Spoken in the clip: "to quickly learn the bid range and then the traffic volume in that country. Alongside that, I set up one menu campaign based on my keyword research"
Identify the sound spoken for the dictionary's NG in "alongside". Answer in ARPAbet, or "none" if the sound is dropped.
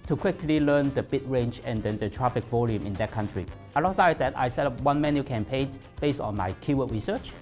none